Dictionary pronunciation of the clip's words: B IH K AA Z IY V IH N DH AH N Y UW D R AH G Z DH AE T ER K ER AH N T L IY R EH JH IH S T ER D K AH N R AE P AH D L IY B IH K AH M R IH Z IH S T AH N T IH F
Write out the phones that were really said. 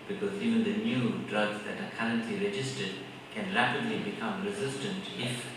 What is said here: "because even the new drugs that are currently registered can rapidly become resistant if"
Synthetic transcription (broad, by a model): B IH K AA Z IY V IH N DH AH N Y UW D R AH G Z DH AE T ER K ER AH N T L IY R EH JH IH S T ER D K AH N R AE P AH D L IY B IH K AH M R IH Z IH S T AH N T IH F